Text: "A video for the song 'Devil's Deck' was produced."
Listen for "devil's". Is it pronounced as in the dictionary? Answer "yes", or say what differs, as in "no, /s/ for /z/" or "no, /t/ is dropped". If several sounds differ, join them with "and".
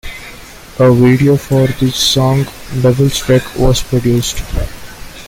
no, /b/ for /v/